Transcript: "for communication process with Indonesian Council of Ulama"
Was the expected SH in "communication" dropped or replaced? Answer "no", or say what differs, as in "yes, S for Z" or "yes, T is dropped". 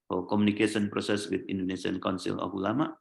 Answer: yes, S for SH